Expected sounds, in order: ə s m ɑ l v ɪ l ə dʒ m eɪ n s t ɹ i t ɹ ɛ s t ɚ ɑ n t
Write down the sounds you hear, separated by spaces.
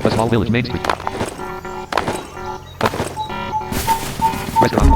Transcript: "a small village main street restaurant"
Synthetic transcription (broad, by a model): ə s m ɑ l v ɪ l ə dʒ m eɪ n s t i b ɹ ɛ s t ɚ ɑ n